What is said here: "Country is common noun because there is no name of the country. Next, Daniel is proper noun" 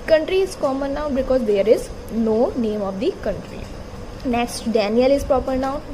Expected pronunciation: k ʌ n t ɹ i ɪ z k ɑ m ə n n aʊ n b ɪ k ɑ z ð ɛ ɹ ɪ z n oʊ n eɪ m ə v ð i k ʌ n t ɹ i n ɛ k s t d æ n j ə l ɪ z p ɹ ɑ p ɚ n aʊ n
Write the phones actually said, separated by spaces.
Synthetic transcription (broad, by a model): k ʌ n t ɹ i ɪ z k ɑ m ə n n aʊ b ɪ k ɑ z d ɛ ɹ ɪ z n oʊ n eɪ m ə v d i k ʌ n t ɹ i n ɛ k s t d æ n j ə l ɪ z p ɹ ɑ p ɚ n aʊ